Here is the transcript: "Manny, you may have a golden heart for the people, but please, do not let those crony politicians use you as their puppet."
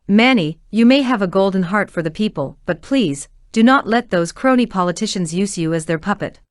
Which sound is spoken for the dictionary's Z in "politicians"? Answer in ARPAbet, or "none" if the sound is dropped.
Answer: Z